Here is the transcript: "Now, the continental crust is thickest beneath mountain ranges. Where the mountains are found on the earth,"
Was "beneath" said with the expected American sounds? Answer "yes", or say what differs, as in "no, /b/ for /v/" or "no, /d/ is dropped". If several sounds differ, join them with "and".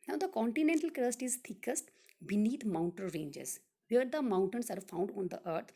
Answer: no, /t/ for /θ/